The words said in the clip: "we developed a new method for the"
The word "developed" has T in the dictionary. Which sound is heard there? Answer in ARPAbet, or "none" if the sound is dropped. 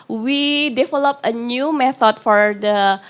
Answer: none